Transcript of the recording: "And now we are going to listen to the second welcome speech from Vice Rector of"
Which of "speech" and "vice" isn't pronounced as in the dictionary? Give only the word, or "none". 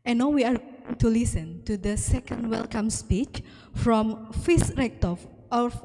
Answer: vice